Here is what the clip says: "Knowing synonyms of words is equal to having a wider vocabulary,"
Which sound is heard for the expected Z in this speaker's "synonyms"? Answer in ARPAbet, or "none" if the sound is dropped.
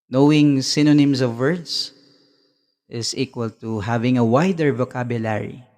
S